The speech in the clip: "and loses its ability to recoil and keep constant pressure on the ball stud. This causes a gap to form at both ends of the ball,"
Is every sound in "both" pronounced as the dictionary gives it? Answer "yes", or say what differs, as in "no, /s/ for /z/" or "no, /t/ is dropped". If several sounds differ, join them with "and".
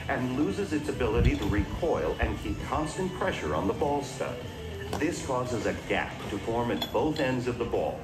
yes